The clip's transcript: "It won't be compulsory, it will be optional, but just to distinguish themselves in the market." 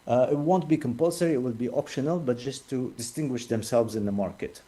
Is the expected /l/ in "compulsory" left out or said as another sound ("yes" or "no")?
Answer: no